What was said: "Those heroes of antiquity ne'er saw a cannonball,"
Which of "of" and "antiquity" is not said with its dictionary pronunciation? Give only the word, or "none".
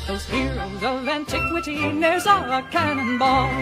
none